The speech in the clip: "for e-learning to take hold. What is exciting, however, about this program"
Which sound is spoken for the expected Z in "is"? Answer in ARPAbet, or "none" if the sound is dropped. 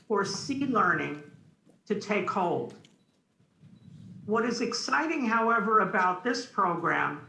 Z